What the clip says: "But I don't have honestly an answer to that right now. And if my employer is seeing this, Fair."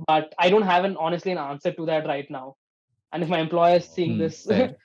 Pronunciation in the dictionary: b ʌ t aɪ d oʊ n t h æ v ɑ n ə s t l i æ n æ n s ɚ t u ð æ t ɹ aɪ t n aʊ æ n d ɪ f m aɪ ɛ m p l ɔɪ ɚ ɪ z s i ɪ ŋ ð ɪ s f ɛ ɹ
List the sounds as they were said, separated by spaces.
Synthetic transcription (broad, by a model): b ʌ t aɪ d oʊ n t h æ v ɑ n ə s t l i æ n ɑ n s ɚ t u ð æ t ɹ aɪ t n aʊ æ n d ɪ f m aɪ ɛ m p l ɔɪ ɚ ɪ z s i ɪ ŋ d ɪ s